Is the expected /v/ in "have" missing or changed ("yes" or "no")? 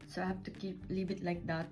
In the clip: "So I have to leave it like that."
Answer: yes